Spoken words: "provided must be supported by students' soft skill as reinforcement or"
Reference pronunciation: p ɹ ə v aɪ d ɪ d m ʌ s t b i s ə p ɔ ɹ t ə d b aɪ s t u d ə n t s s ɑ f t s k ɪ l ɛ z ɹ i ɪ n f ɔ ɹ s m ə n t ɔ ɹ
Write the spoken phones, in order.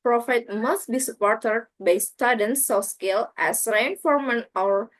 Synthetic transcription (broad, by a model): p ɹ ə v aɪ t m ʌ s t b i s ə p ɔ ɹ t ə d b aɪ s t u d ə n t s s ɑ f s k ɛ l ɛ s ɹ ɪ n f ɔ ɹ m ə n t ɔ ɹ